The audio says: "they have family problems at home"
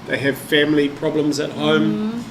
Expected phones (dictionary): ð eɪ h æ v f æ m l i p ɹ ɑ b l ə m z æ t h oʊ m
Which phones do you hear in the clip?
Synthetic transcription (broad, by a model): ð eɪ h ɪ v f æ m l i p ɹ ɑ b l ə m z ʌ t h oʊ m